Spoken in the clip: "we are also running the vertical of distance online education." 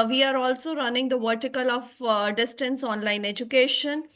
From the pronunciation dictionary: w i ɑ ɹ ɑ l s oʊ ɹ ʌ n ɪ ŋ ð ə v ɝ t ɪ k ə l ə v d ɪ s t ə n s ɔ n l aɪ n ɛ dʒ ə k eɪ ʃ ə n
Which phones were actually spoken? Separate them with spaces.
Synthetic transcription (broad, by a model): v i ɑ ɹ ɑ l s oʊ ɹ ʌ n ɪ ŋ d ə v ɝ t ɪ k ə l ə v d ɪ s t ə n s ɔ n l aɪ n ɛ dʒ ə k eɪ ʃ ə n